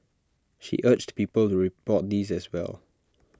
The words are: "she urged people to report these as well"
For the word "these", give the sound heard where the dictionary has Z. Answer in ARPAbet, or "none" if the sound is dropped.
Z